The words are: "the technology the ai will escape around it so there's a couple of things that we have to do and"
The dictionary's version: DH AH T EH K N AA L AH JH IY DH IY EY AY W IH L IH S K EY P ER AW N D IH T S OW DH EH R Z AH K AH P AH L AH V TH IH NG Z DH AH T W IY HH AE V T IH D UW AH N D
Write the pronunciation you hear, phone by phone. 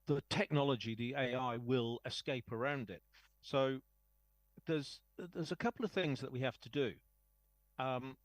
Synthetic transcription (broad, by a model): DH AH T EH K N AA L AH JH IY DH IY EY AY W IH L IH S K EY P ER AW N D IH T S OW DH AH R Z AH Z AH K AH L AH V TH IH NG Z DH AH T W IY HH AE F T IH D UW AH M